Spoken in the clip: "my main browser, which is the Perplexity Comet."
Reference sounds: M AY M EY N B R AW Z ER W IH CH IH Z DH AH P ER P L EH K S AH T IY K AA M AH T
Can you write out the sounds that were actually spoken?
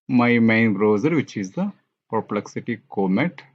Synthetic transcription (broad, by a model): M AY M EY N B R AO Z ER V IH CH IH Z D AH P ER P L EH K S AH T IY K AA M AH T